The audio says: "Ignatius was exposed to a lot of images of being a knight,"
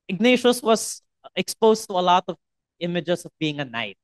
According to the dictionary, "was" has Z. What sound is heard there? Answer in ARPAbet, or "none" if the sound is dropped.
S